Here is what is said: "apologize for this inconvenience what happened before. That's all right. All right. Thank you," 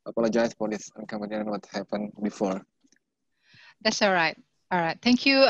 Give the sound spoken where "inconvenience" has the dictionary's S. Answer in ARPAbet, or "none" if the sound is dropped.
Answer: none